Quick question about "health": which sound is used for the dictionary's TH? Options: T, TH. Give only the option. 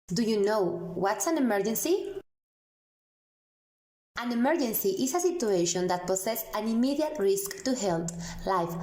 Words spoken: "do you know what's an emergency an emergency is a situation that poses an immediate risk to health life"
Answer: T